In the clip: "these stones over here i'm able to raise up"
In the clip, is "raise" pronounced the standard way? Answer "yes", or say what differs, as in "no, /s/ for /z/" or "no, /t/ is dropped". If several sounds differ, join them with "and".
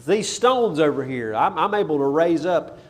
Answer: yes